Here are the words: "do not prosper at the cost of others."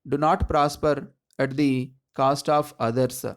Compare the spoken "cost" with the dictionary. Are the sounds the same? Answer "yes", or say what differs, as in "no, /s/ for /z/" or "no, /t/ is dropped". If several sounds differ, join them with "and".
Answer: yes